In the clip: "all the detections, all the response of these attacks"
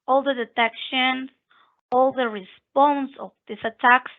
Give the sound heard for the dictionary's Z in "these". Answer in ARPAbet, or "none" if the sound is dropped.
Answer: S